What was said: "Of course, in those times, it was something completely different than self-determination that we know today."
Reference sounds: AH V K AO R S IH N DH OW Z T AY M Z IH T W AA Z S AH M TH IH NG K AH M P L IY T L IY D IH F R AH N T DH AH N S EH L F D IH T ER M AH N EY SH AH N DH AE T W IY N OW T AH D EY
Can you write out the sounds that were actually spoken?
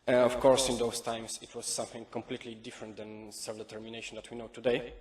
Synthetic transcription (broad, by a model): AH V K AO R S IH N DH OW S T AY M S IH T W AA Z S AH M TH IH NG K AH M P L IY T L IY D IH F R AH N T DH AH N S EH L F D IH T ER M AH N EY SH AH N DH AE T W IY N OW T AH D EY